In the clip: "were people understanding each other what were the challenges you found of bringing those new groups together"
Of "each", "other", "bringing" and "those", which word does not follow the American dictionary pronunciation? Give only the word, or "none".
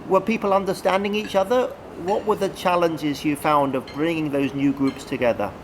none